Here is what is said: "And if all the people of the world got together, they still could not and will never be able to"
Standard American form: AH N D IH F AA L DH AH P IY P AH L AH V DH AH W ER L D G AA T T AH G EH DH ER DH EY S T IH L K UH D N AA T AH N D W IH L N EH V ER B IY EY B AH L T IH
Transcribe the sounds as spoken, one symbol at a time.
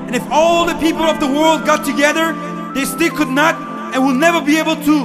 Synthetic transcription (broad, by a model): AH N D IH F AA L DH AH P IY P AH L AH V DH AH W ER L D G AA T T AH G EH DH ER DH EY S T IH L K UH D N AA T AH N W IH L N EH V ER B IY EY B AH L T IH